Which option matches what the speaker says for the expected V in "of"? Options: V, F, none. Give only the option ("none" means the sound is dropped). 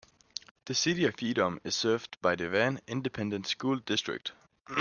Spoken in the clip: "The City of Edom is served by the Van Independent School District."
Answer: F